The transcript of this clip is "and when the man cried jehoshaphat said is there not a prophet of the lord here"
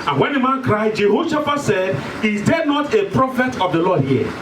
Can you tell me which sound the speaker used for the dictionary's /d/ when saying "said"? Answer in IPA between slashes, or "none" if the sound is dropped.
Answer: /d/